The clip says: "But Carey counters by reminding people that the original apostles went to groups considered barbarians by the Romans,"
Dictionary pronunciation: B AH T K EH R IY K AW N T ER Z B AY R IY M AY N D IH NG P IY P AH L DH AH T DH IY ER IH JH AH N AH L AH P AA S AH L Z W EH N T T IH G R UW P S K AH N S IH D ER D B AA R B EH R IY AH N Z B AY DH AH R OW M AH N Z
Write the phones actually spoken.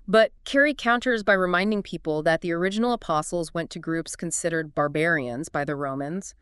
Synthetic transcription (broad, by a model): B AH T K EH R IY K AW N T ER Z B AY R IY M AY N D IH NG P IY P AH L DH AH T DH IY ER IH JH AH N L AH P AA S L Z W EH N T T IH G R UW P S K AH N S IH D ER D B AA R B EH R IY AH N Z B AY DH AH R OW M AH N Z